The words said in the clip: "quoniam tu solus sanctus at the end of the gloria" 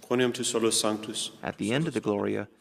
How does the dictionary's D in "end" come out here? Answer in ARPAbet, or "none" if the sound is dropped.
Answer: D